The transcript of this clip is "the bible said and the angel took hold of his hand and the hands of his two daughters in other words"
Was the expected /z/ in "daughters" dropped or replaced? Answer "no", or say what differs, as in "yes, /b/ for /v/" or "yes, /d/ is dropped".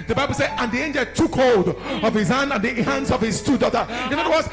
yes, /z/ is dropped